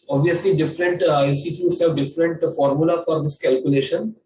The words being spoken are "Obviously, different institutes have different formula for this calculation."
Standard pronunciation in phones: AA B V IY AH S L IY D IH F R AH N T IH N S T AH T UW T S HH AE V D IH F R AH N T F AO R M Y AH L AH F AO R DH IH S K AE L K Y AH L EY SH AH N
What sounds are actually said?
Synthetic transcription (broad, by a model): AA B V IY AH S L IY D IH F R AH N T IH S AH T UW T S HH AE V D IH F R AH N T F AO R M Y AH L AH F AO R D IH S K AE L K Y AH L EY SH AH N